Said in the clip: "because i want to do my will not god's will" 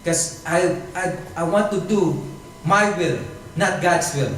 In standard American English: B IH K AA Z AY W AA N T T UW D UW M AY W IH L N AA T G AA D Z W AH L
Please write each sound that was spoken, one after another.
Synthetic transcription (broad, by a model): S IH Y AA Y AY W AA N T T UW D UW M AY W IH L N AA T G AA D S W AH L